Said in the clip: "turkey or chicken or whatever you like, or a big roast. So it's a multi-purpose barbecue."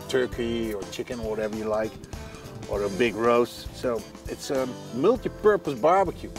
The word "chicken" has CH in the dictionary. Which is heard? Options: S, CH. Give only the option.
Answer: CH